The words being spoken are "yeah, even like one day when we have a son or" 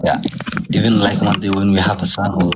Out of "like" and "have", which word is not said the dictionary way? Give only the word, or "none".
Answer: have